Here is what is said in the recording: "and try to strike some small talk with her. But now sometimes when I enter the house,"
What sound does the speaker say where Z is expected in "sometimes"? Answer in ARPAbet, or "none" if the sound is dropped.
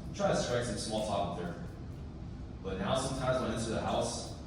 Z